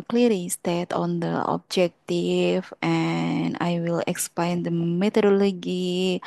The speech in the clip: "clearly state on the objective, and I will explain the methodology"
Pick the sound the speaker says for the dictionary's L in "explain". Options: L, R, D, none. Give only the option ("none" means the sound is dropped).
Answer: none